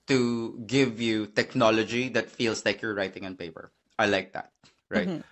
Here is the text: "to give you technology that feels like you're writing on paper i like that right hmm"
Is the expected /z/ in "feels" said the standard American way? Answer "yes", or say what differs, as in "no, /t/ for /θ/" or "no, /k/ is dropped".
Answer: no, /s/ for /z/